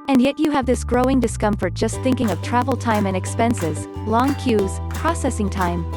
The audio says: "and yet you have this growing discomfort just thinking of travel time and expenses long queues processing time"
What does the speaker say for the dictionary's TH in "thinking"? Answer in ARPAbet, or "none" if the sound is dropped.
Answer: TH